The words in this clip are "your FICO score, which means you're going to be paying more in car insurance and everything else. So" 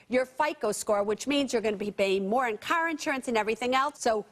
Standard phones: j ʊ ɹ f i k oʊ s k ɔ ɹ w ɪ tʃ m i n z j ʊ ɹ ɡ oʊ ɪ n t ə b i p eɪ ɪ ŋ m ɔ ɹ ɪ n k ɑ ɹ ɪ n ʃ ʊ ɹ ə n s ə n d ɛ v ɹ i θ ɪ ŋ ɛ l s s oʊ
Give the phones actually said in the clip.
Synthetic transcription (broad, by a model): j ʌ ɹ f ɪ k oʊ s k ɔ ɹ w ɪ tʃ m i n z j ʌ ɹ ɡ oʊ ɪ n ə b i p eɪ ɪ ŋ m ɔ ɹ ɪ n k ɑ ɹ ɪ n ʃ ʊ ɹ ə n s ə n ɛ v ɹ i θ ɪ ŋ ɛ l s s oʊ